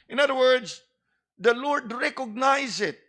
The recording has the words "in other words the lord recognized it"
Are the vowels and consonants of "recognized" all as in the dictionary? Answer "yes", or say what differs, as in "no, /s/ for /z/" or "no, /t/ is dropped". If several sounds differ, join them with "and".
no, /d/ is dropped